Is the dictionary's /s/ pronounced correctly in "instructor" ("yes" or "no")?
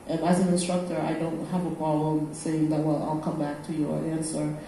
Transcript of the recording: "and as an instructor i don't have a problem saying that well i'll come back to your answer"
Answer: yes